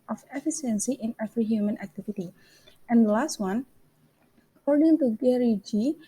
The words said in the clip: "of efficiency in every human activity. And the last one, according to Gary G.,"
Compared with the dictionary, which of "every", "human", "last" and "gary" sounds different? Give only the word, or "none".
every